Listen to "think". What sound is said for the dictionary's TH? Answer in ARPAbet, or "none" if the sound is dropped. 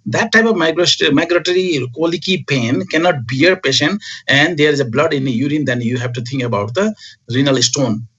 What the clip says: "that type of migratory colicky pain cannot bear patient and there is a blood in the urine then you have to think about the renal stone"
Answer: T